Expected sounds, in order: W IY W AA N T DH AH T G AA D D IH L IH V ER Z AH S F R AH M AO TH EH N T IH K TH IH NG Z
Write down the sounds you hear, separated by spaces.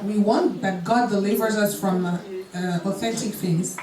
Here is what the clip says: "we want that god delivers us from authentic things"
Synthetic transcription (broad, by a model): W IY W AA N T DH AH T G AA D D IH L IH V ER Z AH S F R AH M AO TH EH N T IH K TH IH NG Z